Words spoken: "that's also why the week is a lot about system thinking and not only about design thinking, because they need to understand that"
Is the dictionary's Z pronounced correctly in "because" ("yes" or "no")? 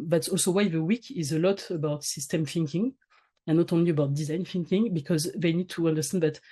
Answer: yes